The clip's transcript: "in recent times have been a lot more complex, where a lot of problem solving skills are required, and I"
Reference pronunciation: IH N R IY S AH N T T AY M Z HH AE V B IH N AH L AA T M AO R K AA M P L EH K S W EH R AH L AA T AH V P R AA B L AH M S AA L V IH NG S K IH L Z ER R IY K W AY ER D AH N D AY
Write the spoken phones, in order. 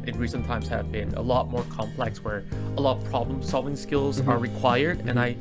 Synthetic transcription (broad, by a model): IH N R IY S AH N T T AY M Z HH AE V B IH N AH L AA T M AO R K AA M P L EH K S W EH R AH L AA T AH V P R AA B L AH M S AA L V IH NG S K IH L Z ER R IY K W AY ER D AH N AY